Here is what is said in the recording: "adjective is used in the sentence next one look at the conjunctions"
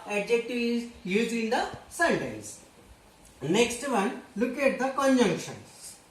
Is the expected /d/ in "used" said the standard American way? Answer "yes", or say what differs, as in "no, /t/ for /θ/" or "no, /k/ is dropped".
no, /d/ is dropped